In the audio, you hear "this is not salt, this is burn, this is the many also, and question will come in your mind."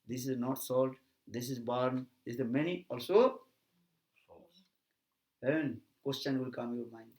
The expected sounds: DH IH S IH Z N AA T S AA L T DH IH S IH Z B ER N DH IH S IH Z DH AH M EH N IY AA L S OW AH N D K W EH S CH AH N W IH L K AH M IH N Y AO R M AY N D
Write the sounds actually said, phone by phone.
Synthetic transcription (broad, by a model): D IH S IH Z N AA T S AA L T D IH S IH Z B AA N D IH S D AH M EH N IY AA L S OW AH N K W EH S CH AH N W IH L K AH M Y AO R M AY N D